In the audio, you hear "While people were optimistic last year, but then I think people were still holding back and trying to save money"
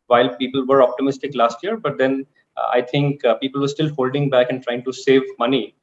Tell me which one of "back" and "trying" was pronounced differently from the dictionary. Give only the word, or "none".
none